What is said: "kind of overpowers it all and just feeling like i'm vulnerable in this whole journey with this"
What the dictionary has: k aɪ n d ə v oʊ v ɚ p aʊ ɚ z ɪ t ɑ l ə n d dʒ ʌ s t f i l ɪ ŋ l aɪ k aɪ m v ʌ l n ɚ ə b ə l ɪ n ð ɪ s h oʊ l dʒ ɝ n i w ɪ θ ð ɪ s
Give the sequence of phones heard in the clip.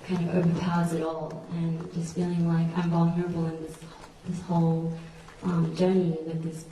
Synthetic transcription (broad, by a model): k aɪ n d ə v oʊ v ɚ p aʊ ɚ z ɪ t ɑ l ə n dʒ ʌ s t f i l ɪ ŋ l aɪ k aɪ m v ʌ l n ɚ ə b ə n ɪ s ð ɪ s h oʊ l dʒ ɝ n i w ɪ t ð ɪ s